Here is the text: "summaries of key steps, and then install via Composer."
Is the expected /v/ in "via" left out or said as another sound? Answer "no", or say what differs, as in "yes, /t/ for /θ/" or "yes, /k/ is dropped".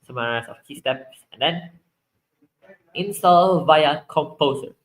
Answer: no